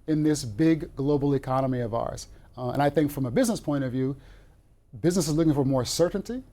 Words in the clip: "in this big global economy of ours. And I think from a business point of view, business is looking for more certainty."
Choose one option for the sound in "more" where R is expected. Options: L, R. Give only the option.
R